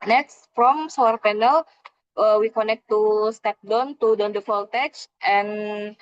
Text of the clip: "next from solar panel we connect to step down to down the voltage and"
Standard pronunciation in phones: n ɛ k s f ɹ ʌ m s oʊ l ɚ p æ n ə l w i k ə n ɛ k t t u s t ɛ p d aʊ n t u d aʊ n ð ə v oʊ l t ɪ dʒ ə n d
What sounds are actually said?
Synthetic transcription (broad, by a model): n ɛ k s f ɹ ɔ m s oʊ ɚ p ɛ n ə l w i k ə n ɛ k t t u s t ɛ p d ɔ n t u d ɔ n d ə f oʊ l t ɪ tʃ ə n